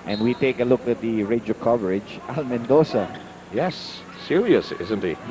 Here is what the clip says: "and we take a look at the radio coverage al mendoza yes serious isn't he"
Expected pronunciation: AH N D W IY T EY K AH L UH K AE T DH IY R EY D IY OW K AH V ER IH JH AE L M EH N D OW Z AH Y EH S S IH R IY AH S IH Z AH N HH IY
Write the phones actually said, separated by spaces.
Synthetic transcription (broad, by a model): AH N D W IY T EY K AH L UH K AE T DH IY R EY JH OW K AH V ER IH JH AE L M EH N D OW S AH Y EH S S IH R IY AH S IH Z AH N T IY